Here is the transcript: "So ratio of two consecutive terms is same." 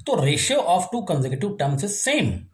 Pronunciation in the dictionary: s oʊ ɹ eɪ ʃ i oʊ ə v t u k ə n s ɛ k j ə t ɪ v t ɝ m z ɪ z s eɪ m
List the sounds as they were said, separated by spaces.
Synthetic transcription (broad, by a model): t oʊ ɹ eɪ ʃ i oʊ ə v t u k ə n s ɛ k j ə t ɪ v t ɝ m s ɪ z s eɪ m